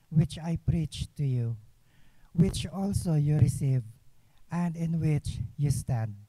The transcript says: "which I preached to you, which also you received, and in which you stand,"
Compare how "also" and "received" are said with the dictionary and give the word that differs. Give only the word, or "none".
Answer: received